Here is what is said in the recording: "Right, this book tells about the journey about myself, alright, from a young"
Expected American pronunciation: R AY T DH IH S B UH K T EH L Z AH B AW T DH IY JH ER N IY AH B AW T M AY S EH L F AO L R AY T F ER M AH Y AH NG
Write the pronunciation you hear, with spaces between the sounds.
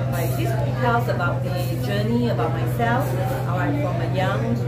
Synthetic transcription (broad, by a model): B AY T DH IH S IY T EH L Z AH B AW T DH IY JH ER N IY AH B AW T M AY S EH L F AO R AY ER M AH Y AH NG